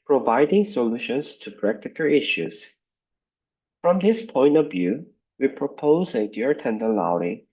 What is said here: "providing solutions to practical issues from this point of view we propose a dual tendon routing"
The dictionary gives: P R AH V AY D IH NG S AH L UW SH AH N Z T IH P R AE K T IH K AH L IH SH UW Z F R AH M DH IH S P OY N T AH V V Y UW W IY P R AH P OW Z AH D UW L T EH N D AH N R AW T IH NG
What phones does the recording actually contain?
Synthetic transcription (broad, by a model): P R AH V AY D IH NG S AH L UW SH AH N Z T IH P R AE K T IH K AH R IH SH UW Z F R AH M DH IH S P OY N T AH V V Y UW W IY P R AH P OW Z AH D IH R T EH N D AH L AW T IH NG